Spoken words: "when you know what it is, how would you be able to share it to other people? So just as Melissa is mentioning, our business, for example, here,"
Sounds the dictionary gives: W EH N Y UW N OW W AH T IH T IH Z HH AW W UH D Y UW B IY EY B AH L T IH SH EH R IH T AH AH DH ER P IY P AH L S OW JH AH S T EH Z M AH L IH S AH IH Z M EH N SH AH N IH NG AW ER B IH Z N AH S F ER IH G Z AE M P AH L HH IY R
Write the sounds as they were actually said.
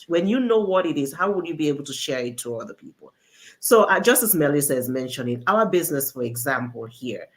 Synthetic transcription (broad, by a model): W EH N Y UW N OW W AH T IH T IH Z HH AW W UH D Y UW B IY EY B L T IH SH EH R IH T AH AH DH ER P IY P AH L S OW JH AH S T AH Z M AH L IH S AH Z M EH N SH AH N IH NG AW ER B IH Z N AH S F ER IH G Z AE M P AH L HH IY R